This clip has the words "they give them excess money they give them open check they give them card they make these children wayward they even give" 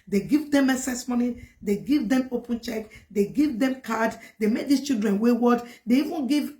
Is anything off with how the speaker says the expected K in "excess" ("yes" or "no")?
yes